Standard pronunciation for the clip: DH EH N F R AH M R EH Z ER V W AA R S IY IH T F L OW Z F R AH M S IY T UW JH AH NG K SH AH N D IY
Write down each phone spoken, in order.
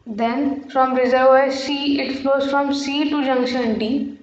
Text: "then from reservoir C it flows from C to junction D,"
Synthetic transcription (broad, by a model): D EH N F R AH M R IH Z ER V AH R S IY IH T P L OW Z F R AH M S IY T UW JH AH NG K SH AH N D IY